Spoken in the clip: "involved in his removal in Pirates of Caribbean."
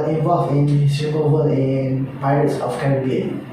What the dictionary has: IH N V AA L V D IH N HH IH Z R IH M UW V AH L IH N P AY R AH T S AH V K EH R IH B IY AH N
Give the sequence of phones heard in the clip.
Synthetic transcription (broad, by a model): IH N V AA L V IH N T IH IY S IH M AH W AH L IH N P AY R AH T S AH F K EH R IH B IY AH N